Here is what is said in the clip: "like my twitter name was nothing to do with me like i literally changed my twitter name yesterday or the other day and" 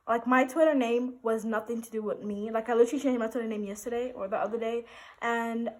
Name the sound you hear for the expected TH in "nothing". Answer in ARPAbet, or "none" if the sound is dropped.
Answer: TH